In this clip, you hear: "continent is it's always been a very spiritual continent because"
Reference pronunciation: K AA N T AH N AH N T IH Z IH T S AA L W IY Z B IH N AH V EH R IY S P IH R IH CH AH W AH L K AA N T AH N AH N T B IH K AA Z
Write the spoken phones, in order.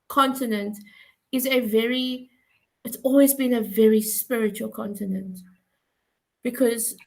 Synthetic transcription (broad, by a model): K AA N T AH N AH N T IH Z IH T S AA L W IY Z B IH N AH V EH R IY S P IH R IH CH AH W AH L K AA N T AH N AH N T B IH K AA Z